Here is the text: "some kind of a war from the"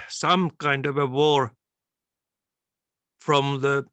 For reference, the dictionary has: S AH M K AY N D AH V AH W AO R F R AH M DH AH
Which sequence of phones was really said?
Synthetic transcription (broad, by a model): S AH M K AY N D AH V AH W AO R F R AH M DH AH